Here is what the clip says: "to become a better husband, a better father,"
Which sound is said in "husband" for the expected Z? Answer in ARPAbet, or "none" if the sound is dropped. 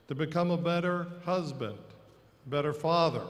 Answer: Z